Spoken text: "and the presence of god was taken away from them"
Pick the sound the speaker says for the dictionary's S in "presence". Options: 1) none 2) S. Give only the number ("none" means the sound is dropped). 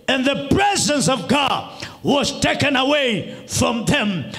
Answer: 2